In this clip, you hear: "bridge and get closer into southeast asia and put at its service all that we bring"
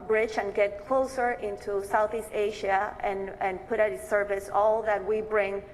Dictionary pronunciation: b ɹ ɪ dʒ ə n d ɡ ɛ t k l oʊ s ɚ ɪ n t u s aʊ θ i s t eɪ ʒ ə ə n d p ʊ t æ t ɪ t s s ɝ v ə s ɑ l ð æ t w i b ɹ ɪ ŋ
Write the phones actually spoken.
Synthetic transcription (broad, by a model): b ɹ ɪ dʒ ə n ɡ ɛ t k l oʊ s ɚ ɪ n t u s aʊ θ i s t eɪ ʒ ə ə n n p ʊ t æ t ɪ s s ɝ v ə s ɑ l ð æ t w i b ɹ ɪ ŋ